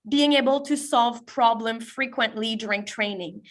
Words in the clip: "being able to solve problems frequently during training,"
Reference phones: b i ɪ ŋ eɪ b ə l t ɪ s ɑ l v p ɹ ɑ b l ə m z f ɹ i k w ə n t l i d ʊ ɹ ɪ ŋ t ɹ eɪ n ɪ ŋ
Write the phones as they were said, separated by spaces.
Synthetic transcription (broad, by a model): b i ɪ ŋ eɪ b ə l t ɪ s ɑ l v p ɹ ɑ b l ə m f ɹ i k w ə n t l i d ʊ ɹ ɪ ŋ t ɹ eɪ n ɪ ŋ